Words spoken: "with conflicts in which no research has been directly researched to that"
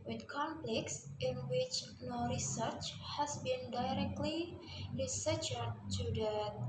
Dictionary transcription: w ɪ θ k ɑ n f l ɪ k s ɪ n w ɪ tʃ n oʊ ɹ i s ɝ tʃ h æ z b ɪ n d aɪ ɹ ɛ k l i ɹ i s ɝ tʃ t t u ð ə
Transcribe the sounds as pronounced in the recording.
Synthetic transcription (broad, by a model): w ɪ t k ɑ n p l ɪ k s ɪ n w ɪ tʃ n oʊ ɹ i s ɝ tʃ h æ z b ɪ n d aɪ ɹ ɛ k l i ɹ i s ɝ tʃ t t u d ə